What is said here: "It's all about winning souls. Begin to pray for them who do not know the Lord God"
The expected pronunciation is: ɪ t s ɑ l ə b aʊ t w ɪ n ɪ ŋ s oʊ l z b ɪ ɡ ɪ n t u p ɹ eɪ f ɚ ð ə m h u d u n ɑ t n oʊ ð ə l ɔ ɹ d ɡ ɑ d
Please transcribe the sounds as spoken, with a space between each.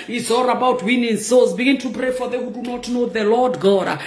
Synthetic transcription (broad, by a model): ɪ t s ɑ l ə b aʊ t w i n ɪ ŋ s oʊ z b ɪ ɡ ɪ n t u p ɹ eɪ f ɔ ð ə h u d u n ɑ t n oʊ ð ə l ɔ d ɡ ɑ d